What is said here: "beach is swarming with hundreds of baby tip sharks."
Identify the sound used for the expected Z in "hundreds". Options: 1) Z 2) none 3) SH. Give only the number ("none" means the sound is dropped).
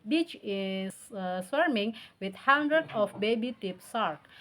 2